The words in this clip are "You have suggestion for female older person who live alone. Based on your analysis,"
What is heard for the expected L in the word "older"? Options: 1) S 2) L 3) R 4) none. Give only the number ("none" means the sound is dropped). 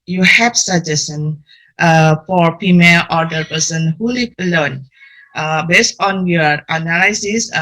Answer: 4